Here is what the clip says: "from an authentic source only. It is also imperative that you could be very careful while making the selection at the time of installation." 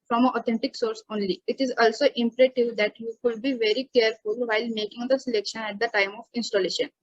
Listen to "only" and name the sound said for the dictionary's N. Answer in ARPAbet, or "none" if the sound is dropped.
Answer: N